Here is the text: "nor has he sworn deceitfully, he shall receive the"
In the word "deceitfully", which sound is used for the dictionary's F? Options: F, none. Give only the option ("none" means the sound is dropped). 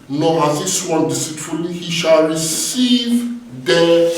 none